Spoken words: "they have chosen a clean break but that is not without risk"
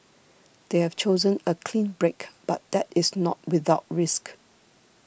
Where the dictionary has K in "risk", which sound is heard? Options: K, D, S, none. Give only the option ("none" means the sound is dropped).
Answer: K